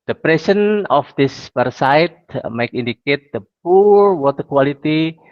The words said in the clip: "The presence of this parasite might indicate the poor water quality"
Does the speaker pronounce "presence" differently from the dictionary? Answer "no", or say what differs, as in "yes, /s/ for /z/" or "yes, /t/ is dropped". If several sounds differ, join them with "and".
yes, /s/ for /z/ and /s/ is dropped